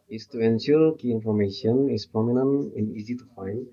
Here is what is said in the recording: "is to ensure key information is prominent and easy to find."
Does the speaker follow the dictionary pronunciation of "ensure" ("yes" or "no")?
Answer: no